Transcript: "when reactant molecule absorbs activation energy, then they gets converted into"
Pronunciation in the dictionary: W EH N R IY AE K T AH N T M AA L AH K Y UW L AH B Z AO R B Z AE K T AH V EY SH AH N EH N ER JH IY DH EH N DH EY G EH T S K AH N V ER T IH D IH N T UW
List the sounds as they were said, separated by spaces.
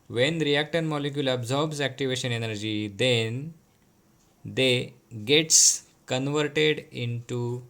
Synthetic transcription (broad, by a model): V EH N R IY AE K T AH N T M AA L AH K Y UW L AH B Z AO R B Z AE K T AH V EY SH AH N EH N ER JH IY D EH N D EY G EH T S K AH N V ER T IH D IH N T UW